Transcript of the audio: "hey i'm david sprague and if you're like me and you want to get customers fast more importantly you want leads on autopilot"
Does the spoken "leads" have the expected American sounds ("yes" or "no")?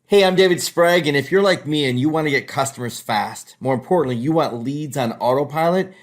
yes